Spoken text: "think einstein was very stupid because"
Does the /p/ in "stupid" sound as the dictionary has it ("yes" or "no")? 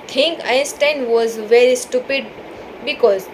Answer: yes